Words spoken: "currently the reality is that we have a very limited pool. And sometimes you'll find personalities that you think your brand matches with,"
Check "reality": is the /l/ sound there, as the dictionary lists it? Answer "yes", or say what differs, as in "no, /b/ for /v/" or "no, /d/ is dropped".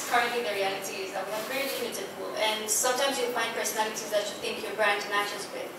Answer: yes